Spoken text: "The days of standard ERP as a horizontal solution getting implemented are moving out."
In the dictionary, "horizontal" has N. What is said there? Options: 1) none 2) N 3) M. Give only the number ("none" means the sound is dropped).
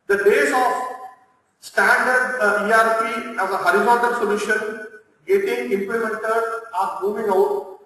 1